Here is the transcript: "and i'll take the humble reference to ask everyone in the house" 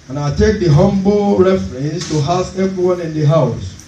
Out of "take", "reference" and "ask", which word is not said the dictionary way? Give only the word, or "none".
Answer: ask